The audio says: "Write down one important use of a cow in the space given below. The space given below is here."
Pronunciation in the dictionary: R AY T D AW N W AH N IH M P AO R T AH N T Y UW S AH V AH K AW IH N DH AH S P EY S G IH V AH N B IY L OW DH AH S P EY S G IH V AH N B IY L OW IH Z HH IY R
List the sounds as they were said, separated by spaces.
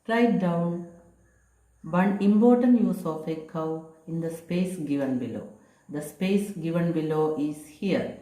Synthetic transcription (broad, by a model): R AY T D AW N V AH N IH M B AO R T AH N Y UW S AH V AH K AW IH N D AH S P EY S G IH V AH N B IY L OW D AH S P EY S G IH V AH N B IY L OW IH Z HH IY R